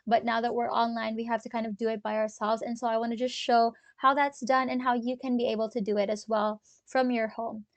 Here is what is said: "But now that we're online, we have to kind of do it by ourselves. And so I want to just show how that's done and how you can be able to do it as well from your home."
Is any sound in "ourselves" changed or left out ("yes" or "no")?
no